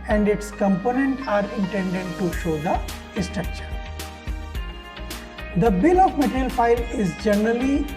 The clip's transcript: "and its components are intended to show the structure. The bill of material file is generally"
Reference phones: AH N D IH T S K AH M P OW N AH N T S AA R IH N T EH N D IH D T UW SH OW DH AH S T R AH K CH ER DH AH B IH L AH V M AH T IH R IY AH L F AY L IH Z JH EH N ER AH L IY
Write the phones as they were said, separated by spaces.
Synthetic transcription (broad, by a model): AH N D IH T S K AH M P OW N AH N T AA R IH N T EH N D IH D T UW SH OW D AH S T R AH K CH ER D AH B IH L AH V M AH T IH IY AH L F AY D IH Z JH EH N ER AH L IY